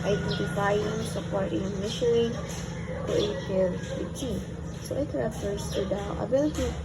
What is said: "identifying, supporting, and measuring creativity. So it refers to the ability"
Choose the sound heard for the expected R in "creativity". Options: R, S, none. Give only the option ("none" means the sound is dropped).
none